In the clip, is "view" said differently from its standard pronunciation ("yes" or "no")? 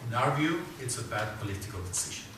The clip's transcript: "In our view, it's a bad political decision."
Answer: no